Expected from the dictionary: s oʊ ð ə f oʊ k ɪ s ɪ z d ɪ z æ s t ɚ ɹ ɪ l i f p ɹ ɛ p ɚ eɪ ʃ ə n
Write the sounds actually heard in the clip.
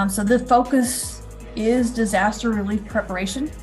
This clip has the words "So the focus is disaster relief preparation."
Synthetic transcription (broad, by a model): s oʊ ð ə f oʊ k ɪ s ɪ z d ɪ z æ s t ɚ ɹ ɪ l i f p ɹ ɛ p ɚ eɪ ʃ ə n